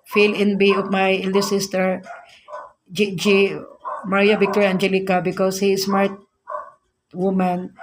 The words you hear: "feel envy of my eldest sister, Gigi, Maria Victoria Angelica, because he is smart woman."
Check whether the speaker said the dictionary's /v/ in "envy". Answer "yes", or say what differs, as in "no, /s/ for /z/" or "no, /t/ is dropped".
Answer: no, /b/ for /v/